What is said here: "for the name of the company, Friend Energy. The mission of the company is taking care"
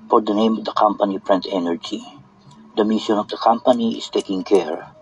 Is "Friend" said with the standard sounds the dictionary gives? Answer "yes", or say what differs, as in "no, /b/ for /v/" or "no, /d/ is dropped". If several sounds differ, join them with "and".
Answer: no, /p/ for /f/